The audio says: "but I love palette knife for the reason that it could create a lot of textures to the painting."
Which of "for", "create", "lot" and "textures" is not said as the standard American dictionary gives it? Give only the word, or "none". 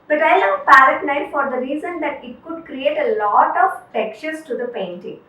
textures